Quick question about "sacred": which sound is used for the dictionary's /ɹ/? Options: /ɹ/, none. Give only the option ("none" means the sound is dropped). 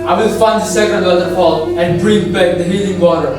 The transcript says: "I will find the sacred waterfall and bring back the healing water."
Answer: none